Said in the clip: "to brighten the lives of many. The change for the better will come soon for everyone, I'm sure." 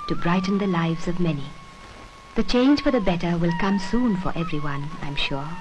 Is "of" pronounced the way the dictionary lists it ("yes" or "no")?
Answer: yes